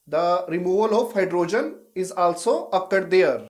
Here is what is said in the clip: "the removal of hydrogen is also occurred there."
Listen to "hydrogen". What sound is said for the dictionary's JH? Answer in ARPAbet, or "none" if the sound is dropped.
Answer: JH